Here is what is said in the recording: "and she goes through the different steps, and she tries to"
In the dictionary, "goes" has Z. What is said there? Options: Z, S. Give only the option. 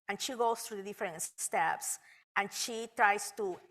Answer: S